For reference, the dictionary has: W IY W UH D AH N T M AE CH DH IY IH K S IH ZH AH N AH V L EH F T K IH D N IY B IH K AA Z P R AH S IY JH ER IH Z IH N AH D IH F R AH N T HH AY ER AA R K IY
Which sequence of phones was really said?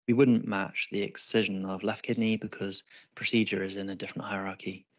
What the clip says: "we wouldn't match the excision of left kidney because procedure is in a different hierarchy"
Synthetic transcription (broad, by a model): W IY W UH D N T M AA CH DH IY IH K S IH ZH AH N AH V L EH F K IH D N IY B IH K AA Z P R AH S IY JH ER IH Z IH N AH D IH F R AH N T HH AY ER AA K IY